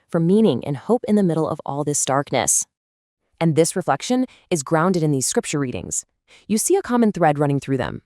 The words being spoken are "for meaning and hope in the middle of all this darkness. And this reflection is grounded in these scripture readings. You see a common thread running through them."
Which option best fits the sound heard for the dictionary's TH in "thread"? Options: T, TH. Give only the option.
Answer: TH